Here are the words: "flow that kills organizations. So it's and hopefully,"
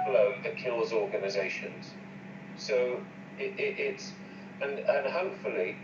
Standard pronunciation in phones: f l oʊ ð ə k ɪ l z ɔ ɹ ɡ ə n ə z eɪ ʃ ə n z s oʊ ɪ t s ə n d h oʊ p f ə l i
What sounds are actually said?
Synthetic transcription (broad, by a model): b l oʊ ð ə k ɪ l z ɔ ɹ ɡ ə n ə z eɪ ʃ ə n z s oʊ ɪ t s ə n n h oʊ p f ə l i